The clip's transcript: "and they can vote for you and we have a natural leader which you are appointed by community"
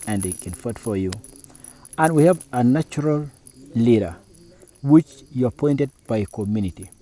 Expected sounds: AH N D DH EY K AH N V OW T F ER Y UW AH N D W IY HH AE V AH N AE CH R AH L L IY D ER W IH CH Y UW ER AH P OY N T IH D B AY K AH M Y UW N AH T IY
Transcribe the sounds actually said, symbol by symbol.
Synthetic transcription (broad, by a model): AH N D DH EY K AH N F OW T F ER Y UW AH N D W IY HH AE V AH N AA CH R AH L L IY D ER W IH CH Y UW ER AH P OY N T IH D B AY K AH M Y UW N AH T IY